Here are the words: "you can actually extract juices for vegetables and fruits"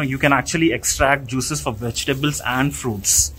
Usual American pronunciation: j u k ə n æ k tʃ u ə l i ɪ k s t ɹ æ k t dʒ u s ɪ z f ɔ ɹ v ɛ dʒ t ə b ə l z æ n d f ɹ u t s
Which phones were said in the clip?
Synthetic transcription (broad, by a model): j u k ə n æ k tʃ u ə l i ɪ k s t ɹ æ k t dʒ u s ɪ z f ɔ ɹ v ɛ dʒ t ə b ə l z æ n d f ɹ u t s